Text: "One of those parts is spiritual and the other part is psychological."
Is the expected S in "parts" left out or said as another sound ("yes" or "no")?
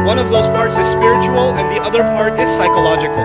no